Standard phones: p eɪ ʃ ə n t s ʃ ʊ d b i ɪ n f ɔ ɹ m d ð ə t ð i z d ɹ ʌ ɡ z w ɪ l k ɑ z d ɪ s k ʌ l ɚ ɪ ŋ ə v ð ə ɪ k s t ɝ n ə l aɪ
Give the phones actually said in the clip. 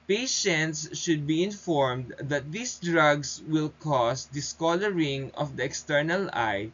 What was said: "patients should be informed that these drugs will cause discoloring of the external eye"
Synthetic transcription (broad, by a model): p eɪ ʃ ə n t s ʃ ʊ d b i ɪ n f ɔ ɹ m d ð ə t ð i s d ɹ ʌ ɡ s w ɪ l k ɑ s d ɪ s k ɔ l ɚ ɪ ŋ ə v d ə ɪ k s t ɝ n ə l aɪ